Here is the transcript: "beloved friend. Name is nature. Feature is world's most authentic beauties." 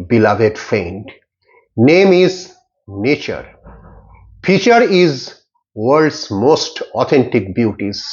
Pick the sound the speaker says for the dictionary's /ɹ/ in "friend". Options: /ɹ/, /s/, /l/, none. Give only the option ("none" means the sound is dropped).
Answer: none